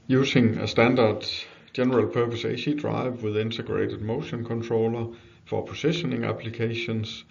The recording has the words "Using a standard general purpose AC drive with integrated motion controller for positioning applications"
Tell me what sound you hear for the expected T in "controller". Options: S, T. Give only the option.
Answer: S